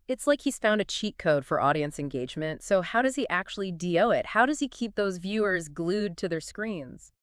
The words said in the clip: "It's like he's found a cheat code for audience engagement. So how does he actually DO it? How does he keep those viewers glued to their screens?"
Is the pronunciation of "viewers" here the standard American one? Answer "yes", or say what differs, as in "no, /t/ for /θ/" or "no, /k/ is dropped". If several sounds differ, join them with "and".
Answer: yes